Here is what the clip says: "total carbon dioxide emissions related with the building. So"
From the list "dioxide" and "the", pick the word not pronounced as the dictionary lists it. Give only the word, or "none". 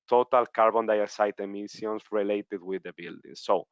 dioxide